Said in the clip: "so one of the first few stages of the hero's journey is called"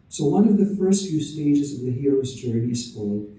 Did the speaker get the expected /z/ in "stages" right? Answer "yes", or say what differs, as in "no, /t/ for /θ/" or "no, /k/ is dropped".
yes